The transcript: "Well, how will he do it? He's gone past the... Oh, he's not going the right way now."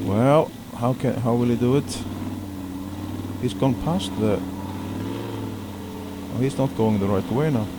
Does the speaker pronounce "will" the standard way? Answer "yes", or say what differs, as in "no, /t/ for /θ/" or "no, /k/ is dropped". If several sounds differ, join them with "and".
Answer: no, /n/ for /l/